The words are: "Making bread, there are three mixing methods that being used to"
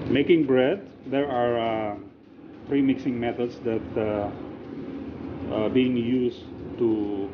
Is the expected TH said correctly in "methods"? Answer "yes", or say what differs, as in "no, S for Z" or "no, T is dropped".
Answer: no, T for TH